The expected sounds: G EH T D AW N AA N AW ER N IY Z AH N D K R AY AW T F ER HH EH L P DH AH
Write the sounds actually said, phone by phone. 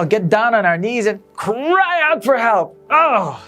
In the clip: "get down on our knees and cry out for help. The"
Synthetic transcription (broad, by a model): G EH T D AW N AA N AW ER N IY Z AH N K R AY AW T F ER HH EH L P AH